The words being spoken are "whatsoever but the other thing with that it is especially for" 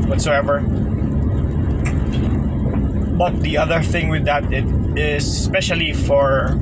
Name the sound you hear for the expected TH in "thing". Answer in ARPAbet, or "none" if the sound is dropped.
TH